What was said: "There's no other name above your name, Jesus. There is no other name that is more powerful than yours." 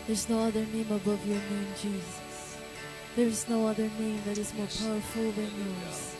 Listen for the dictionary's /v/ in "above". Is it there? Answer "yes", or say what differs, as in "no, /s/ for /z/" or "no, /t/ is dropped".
yes